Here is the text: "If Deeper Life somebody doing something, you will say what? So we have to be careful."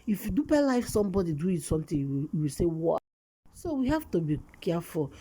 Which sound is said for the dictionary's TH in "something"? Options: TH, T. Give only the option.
T